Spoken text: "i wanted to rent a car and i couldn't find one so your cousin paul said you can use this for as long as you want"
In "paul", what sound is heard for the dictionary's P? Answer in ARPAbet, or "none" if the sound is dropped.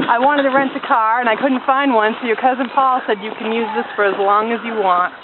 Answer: P